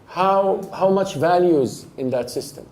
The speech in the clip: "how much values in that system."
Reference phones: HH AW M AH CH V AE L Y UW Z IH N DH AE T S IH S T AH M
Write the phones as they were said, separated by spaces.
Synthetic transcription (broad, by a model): HH AW M AH CH V AE L Y UW Z IH N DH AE T S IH S T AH M